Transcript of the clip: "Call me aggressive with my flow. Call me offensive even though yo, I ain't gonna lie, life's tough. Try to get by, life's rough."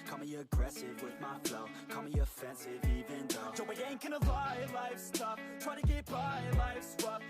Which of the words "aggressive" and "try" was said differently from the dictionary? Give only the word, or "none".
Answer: none